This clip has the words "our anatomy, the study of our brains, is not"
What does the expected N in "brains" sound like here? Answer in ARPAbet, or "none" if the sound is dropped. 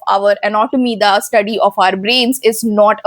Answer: N